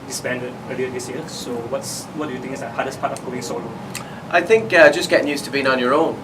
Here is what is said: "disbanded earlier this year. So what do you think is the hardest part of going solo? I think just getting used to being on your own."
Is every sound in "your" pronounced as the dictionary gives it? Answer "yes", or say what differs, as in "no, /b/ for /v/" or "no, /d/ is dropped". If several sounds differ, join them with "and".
yes